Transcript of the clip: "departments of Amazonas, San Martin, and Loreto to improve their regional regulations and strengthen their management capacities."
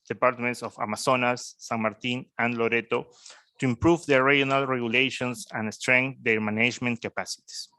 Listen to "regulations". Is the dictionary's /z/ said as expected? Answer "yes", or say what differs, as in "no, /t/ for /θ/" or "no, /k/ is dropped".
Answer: no, /s/ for /z/